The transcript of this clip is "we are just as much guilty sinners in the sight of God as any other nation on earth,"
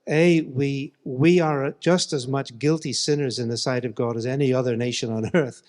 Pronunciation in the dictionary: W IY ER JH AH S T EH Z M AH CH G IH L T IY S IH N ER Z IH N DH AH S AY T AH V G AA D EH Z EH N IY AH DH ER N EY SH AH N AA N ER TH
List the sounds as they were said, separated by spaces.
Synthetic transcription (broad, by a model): W IY ER JH AH S T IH Z M AH CH G IH L T IY S IH N ER Z IH N DH AH S AY T AH V G AA D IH Z EH N IY AH DH ER N EY SH AH N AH N ER TH